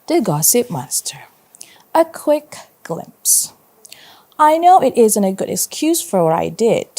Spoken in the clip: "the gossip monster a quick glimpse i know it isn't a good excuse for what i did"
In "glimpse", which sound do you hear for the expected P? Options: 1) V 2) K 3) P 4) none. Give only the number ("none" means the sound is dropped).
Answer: 3